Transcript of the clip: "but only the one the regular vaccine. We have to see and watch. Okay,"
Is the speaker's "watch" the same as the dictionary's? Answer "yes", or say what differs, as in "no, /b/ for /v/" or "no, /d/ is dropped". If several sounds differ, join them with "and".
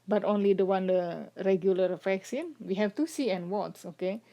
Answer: no, /s/ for /tʃ/